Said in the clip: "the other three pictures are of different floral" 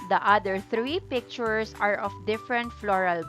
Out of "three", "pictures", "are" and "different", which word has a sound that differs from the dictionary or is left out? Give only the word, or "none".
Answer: pictures